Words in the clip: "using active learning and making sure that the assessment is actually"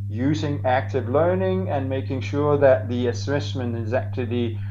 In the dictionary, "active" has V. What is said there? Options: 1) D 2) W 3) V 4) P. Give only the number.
3